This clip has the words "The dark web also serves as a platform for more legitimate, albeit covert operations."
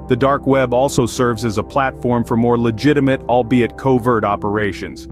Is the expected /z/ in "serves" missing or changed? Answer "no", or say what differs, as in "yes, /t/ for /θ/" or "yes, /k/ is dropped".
no